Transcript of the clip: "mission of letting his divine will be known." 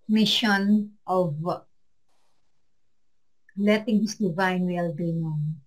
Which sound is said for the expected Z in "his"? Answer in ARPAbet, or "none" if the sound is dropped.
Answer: S